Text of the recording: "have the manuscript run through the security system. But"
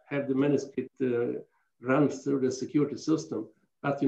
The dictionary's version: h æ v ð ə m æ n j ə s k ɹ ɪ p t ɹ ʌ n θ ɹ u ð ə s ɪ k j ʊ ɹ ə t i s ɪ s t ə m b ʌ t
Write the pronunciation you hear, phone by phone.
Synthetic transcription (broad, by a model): h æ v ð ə m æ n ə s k ɪ t ɹ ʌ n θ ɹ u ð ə s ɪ k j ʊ ɹ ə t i s ɪ s t ə m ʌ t